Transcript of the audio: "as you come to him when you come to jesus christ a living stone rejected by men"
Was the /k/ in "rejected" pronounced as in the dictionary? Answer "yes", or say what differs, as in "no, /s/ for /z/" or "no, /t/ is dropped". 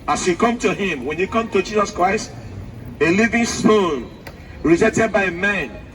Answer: no, /k/ is dropped